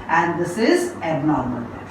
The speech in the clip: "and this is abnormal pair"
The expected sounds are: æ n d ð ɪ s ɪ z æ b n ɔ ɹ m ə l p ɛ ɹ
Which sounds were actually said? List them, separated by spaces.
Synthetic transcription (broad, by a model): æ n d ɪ s ɪ z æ n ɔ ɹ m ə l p